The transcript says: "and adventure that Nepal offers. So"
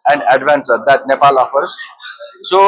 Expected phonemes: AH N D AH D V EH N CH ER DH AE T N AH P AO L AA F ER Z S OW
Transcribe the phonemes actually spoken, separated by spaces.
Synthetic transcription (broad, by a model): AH N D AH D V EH N S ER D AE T N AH P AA L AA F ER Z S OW